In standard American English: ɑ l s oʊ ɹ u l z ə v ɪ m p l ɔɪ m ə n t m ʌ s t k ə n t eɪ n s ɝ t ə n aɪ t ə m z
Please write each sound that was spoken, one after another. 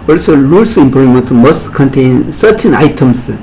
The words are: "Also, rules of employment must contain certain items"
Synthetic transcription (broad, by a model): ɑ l s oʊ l ə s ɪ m p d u m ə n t m ʌ s t k ə n t eɪ n s ɝ t ə n aɪ t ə m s